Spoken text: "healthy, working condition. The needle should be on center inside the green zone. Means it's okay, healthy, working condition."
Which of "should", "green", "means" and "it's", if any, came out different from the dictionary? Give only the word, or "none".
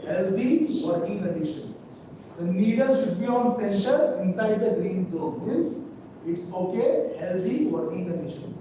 means